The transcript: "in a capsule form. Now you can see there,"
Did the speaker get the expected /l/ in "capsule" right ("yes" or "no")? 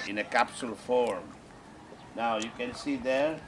yes